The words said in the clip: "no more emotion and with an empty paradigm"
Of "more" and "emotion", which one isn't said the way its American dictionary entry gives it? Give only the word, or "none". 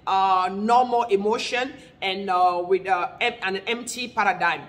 more